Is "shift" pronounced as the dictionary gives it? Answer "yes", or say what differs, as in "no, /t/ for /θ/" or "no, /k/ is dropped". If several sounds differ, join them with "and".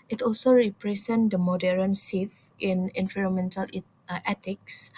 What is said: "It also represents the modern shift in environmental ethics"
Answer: no, /s/ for /ʃ/